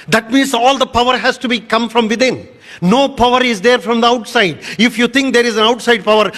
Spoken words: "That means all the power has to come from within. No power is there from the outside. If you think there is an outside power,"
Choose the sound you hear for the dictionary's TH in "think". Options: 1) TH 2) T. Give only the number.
2